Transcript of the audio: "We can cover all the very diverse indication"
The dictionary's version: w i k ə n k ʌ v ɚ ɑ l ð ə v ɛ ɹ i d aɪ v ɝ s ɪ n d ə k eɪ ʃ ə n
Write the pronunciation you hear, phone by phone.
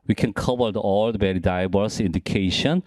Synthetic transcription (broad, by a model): w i k ə n k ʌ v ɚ ɑ l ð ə b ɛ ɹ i d aɪ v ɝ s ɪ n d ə k eɪ ʃ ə n